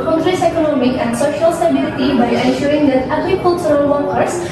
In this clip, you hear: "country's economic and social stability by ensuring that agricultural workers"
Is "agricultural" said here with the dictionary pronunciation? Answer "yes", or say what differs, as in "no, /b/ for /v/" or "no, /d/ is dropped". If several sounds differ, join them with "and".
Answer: no, /s/ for /tʃ/